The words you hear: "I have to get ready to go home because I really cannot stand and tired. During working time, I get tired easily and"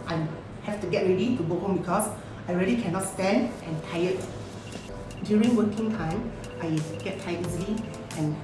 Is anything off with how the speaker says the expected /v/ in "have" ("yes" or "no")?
yes